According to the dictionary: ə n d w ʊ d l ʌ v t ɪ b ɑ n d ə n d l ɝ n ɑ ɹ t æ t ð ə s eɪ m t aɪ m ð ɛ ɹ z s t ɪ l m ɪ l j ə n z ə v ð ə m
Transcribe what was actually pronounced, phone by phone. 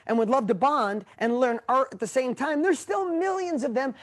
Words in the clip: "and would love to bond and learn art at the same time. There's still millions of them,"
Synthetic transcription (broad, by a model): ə n w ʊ d l ʌ v t ɪ b ɑ n d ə n l ɝ n ɑ ɹ t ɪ t ð ə s eɪ m t aɪ m ð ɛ ɹ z s t ɪ l m ɪ l j ə n z ə v ð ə m